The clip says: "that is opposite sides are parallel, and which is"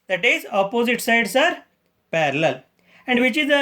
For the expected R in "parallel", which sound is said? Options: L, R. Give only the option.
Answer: R